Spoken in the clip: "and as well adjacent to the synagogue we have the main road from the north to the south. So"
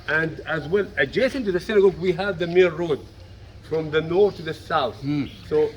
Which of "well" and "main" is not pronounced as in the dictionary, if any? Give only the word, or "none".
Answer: main